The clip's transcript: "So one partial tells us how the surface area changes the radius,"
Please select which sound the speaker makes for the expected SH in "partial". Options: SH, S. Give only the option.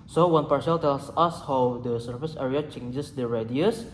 S